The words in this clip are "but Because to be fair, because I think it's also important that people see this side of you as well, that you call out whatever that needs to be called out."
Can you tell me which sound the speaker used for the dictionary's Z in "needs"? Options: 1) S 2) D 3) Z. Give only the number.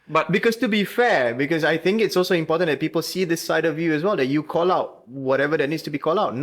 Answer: 1